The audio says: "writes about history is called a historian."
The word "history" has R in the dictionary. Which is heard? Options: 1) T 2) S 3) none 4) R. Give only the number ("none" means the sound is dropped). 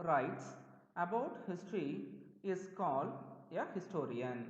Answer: 4